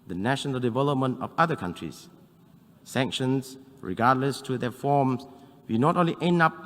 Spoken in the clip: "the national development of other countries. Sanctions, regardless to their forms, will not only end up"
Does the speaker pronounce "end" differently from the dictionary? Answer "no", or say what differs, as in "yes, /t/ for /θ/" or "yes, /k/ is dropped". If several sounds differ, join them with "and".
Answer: yes, /d/ is dropped